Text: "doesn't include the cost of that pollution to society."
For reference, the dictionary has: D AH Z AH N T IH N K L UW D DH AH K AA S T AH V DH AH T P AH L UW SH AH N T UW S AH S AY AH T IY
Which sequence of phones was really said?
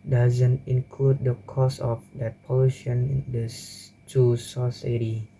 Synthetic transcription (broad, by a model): D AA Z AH N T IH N K L UW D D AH K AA S AH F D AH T P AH L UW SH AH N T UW S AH S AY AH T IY